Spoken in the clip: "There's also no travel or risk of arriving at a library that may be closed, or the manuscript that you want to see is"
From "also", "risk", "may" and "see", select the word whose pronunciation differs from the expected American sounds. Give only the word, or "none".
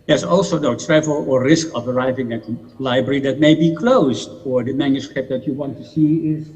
none